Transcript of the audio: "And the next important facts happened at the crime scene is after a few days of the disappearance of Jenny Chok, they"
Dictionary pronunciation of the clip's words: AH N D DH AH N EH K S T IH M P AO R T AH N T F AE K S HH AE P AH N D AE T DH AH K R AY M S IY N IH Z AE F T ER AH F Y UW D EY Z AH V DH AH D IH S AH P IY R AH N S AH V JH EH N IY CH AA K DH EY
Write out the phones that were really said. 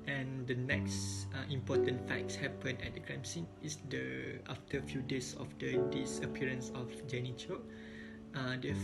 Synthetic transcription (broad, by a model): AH N D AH N EH K S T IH M P AO T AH N T F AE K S HH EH P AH N EH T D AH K R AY M S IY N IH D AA F T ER AH F Y UW D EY S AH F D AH D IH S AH P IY R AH N S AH F JH EH N IY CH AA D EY